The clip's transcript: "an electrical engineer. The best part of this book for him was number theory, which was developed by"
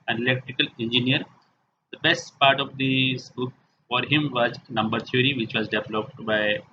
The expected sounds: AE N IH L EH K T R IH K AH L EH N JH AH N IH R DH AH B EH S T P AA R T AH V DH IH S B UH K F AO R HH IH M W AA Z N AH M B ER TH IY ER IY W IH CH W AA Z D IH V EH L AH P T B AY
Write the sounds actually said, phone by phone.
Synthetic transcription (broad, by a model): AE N IH L EH K T R IH K AH L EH N JH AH N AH R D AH B EH S T P AA R T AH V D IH S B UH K F AO R HH IH M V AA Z N AH M B ER T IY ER IY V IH CH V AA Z D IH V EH L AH P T B AY